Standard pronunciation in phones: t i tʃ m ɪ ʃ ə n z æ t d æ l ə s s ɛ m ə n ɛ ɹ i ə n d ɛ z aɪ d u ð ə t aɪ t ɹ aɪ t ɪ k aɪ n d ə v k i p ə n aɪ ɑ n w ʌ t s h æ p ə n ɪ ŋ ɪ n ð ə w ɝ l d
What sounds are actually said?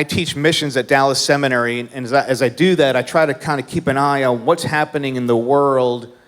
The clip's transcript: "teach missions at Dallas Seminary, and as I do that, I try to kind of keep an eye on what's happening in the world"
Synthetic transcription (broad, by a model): t i tʃ m ɪ ʃ ə n z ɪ t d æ l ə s s ɛ m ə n ɛ ɹ i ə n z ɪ z aɪ d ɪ ð ə t aɪ t ɹ aɪ t ɪ k aɪ n d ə k i p ə n aɪ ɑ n w ʌ t s h æ p ə n ɪ ŋ ɪ n ð ə w ɝ l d